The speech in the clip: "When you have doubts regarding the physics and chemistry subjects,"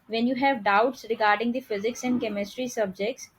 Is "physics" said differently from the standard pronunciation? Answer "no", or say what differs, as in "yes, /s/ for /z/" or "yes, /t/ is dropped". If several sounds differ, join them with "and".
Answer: no